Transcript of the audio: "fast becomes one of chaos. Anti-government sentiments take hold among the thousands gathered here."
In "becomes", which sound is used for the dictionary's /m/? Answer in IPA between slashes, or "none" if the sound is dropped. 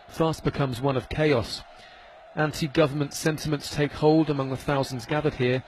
/m/